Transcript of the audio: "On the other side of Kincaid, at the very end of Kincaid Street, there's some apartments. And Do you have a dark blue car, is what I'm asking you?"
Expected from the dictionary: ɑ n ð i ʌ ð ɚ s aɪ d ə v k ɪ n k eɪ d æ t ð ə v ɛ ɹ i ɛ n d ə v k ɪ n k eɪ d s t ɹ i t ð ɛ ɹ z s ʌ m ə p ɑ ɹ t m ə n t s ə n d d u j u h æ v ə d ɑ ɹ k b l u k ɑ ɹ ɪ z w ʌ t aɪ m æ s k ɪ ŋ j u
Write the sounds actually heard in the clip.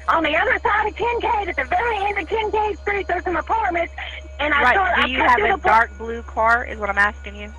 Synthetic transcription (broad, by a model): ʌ n ð i ʌ ð ɚ s aɪ d ə v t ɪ n k eɪ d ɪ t ð ə v ɛ ɹ i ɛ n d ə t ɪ n k eɪ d s t ɹ i t ð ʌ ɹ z s ʌ m ə p ɑ ɹ t m ə n t s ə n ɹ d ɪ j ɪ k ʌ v ə d ɑ ɹ k b l u k ɑ ɹ ɪ z w ʌ t aɪ m æ s k ɪ ŋ j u